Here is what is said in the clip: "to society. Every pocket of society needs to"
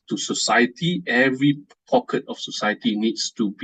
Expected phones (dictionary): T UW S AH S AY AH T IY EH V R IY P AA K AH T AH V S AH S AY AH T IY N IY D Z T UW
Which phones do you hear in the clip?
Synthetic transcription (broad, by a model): T UW S AH S AY AH T IY EH V R IY P AA K AH T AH F S AH S AY AH T IY N IY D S T UW